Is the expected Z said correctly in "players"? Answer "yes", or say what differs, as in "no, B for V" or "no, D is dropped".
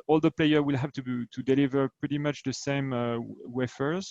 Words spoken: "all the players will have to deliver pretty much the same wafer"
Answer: no, Z is dropped